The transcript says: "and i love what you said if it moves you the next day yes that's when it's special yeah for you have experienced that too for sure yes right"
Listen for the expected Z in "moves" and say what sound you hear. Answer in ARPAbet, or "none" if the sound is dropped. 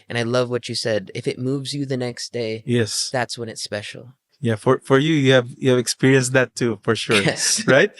Z